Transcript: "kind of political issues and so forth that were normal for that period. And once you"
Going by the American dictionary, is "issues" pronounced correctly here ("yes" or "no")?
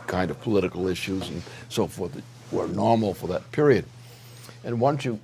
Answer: yes